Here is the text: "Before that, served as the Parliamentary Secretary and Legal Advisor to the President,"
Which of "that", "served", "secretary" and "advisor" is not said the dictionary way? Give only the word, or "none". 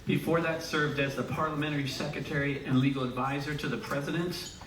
none